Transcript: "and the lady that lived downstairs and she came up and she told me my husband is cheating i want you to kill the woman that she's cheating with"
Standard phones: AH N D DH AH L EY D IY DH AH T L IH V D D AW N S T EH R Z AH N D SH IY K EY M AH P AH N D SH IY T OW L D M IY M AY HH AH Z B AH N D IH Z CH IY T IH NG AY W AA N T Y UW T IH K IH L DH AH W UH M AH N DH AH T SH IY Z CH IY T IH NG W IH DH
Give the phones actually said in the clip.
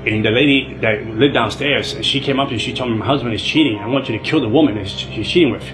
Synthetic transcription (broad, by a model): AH N DH AH L EY D IY DH AH T L IH V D D AW N S T EH R Z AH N SH IY K EY M AH P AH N SH IY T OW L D M IY M AY HH AH Z B AH N D IH Z CH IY T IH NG AY W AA N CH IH T IH K IH L DH AH W UH M AH N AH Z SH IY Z CH IY T IH NG W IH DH